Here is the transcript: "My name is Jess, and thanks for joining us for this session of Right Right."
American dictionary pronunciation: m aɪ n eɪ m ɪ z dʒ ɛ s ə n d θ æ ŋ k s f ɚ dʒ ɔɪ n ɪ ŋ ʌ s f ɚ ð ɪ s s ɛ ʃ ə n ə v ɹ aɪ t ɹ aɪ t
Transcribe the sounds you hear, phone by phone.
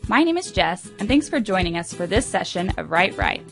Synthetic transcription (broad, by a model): m aɪ n eɪ m ɪ z dʒ ɛ s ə n θ æ ŋ k s f ɚ dʒ ɔɪ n ɪ ŋ ʌ s f ɚ ð ɪ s s ɛ ʃ ə n ə v ɹ aɪ t ɹ aɪ t